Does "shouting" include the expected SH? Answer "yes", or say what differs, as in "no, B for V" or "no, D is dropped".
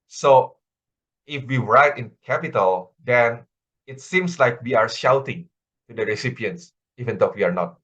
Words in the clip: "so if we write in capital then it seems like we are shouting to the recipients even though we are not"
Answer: yes